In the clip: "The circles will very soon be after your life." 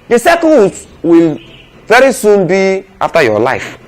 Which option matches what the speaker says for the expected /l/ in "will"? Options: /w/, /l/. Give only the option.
/l/